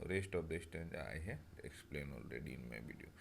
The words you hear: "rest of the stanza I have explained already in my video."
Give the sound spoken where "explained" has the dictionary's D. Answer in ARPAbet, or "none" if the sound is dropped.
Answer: none